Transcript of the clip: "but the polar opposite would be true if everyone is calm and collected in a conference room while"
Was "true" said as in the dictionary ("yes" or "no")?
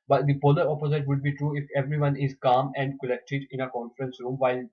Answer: yes